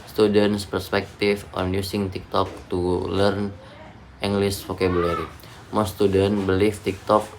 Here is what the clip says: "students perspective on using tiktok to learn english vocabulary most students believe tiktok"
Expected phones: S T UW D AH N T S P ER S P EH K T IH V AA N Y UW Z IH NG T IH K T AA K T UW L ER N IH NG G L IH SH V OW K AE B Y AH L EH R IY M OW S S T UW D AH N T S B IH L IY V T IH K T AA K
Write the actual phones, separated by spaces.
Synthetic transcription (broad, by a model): S T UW D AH N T S P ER S P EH K T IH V AA N Y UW S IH NG T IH K T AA K T UW L ER N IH NG G L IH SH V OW K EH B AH L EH R IY M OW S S T UW D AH N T B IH L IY F T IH K T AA K